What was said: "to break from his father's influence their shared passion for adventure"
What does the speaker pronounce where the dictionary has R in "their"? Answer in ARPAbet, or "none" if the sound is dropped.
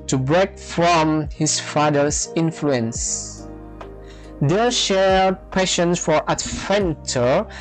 L